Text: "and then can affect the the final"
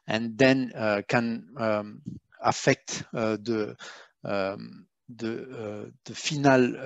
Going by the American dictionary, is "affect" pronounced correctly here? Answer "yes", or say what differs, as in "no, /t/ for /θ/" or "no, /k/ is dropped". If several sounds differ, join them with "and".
yes